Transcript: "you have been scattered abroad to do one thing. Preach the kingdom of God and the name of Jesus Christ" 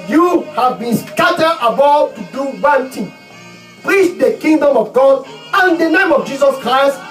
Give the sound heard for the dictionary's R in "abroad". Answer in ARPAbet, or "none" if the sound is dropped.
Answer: none